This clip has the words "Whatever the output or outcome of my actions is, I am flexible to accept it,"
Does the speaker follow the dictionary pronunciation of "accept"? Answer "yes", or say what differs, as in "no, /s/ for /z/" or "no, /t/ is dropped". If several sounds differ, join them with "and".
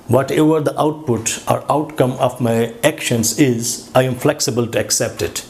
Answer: yes